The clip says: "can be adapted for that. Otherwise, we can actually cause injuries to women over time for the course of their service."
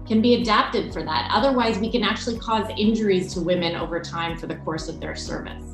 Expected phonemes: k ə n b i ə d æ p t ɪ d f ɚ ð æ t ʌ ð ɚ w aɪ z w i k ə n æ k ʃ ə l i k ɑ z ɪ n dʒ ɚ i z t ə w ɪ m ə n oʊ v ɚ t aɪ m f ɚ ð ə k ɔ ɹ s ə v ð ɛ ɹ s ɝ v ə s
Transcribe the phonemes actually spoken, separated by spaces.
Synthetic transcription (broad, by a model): k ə n b i ə d æ p t ɪ d f ɚ ð æ t ʌ ð ɚ w aɪ z w i k ə n æ k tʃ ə l i k ɑ z ɪ n dʒ ɚ i z t ə w ɪ m ə n oʊ v ɚ t aɪ m f ɚ ð ə k ɔ ɹ s ə v ð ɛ ɹ s ɝ v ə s